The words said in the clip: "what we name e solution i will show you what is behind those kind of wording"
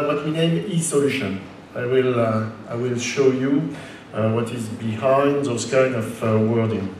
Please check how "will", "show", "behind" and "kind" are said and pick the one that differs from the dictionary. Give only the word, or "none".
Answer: kind